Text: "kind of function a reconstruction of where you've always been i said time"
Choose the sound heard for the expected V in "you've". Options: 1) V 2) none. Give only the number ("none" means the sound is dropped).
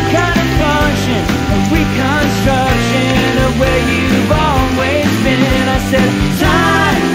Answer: 1